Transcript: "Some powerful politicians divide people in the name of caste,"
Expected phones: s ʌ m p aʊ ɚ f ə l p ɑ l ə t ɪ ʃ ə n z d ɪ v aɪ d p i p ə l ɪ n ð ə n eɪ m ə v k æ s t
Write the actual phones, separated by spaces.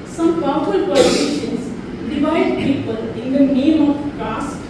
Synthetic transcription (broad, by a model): s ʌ m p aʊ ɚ ə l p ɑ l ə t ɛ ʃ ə n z d ɪ v aɪ d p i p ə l ɪ n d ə n eɪ m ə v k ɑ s